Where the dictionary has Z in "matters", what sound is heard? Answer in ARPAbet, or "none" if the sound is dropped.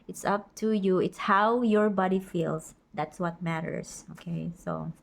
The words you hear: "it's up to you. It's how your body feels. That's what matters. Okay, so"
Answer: S